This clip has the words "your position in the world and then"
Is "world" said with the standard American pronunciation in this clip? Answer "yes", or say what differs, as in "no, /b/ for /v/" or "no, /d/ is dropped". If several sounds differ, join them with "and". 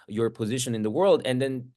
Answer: yes